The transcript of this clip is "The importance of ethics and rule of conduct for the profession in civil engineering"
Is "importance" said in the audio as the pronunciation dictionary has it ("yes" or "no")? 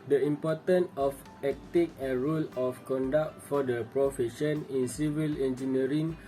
no